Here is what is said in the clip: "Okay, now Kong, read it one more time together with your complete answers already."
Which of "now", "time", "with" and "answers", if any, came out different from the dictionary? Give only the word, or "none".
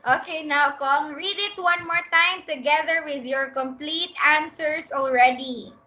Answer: answers